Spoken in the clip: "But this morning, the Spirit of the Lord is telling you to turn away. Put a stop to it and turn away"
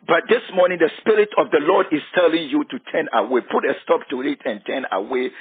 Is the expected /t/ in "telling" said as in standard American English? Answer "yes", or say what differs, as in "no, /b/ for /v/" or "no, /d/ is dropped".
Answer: yes